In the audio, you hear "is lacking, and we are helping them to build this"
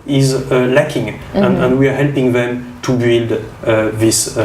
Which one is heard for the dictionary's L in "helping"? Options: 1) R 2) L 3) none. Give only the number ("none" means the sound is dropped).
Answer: 2